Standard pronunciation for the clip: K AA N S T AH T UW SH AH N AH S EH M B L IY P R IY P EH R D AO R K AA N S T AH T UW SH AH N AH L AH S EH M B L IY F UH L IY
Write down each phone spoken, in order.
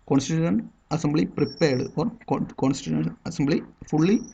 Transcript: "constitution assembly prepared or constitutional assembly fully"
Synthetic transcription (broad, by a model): K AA N S T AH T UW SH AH N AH S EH M B L IY P R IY P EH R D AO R K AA N S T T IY AH AH N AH S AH M B L IY F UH L IY